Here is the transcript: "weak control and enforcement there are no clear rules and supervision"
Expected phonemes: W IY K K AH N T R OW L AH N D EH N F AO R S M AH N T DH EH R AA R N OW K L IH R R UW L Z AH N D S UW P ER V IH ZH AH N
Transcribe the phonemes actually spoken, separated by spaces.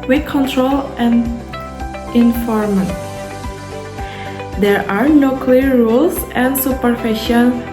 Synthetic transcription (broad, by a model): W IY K K AH N T R OW L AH N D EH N F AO R M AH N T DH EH R AA R N OW K L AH R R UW L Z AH N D S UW P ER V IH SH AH N